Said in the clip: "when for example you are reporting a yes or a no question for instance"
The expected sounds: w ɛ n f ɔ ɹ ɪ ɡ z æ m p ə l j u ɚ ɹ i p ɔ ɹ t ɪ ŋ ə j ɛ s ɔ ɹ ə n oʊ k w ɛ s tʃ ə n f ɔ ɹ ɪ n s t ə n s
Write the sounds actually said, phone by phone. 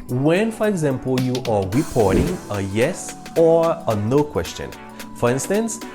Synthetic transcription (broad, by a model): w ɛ n f ɔ ɹ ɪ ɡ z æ m p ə l j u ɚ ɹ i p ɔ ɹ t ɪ ŋ ə j ɛ s ɔ ɹ ə n oʊ k w ɛ s tʃ ə n f ɔ ɹ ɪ n s t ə n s